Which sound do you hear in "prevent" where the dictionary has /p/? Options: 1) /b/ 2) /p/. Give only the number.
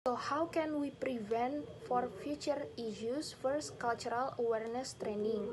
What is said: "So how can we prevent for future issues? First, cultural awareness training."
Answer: 2